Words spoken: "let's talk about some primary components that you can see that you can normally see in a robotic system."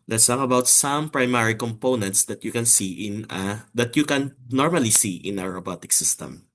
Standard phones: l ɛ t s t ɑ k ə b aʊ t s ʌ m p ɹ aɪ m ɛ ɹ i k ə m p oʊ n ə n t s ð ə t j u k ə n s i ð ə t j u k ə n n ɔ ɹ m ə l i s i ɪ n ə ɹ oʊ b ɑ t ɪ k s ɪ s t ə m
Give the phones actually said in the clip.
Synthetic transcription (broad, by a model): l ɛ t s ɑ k ə b aʊ t s ʌ m p ɹ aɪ m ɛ ɹ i k ə m p oʊ n ə n t s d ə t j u k ə n s i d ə t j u k ə n n ɔ ɹ m ə l i s i ɪ n ə ɹ oʊ b ɑ t ɪ k s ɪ s t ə m